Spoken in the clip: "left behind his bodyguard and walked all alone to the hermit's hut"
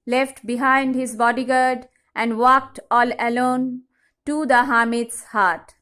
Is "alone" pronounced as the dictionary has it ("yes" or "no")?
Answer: yes